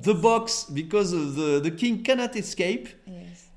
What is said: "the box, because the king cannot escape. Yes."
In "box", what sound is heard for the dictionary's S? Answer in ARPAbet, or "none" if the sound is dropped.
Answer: S